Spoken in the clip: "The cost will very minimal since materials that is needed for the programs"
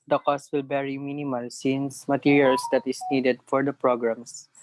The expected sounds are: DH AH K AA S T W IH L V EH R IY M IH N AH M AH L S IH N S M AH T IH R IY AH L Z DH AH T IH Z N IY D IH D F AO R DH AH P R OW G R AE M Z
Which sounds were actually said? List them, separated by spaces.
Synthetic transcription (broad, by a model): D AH K AA S T W IH L B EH R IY M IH N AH M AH L S IH N S M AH T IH R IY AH L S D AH T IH S N IY D IH D F AO R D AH P R OW G R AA M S